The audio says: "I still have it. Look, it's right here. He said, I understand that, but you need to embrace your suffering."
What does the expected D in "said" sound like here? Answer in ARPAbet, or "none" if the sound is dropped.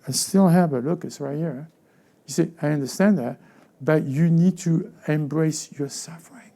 none